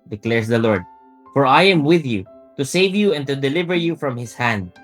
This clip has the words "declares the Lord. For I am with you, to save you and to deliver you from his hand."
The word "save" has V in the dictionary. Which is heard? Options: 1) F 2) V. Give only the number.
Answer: 2